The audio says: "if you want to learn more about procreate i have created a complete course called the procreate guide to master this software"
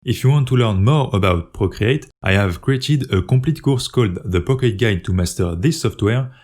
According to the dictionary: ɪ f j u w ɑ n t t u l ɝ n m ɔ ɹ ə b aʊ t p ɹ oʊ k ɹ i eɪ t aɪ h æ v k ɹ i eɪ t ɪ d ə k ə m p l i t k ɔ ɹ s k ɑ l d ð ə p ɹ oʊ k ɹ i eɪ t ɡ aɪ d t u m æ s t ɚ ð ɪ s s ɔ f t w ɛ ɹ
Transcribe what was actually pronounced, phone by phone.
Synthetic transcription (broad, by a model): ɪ f j u w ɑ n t t u l ɝ n m ɔ ɹ ə b aʊ t p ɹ oʊ k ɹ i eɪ t aɪ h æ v k ɹ i eɪ t ɪ d ə k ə p l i t k ɔ ɹ s k ɑ l d ð ə p oʊ k i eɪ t ɡ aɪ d t u m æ s t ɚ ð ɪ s s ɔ f t w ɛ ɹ